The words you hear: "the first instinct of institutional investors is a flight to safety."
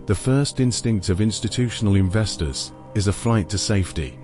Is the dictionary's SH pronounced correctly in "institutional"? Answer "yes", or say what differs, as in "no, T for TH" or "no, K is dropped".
yes